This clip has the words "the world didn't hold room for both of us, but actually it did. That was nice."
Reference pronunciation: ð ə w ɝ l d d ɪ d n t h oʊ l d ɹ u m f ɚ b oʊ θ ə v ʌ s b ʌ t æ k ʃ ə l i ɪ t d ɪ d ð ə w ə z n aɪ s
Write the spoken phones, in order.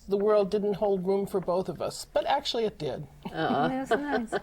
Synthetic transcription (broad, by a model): ð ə w ɝ l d d ɪ d n t h oʊ l d ɹ u m f ɚ b oʊ θ ə v ʌ s b ʌ t æ k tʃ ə l i ɪ t d ɪ d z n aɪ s